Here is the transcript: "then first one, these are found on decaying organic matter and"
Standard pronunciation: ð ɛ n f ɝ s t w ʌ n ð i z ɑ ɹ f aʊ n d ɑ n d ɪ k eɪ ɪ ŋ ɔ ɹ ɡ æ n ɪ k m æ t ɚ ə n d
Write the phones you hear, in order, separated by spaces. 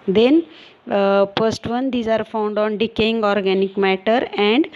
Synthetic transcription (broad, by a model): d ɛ n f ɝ s t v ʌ n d i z ɑ ɹ f aʊ n d ɑ n d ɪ k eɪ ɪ ŋ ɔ ɹ ɡ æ n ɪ k m æ t ɚ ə n d